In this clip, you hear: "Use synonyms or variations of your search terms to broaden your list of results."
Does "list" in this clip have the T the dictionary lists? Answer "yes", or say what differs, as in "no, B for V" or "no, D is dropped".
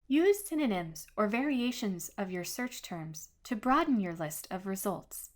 yes